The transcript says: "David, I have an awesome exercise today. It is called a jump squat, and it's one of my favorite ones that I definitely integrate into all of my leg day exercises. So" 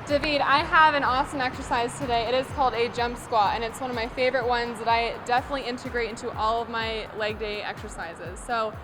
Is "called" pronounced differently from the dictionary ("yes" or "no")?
no